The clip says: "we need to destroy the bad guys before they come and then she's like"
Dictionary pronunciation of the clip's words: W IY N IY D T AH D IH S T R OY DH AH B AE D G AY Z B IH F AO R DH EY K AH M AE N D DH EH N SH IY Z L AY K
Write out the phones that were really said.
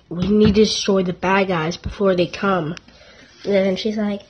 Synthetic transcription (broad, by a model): W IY N IY D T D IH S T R OY DH AH B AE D G AY Z B IH F AO R DH EY K AH M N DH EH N SH IY Z L AY K